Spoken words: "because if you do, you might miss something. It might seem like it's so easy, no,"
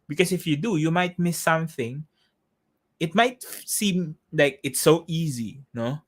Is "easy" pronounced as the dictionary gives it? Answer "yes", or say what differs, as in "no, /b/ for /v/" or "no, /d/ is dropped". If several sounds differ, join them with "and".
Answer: yes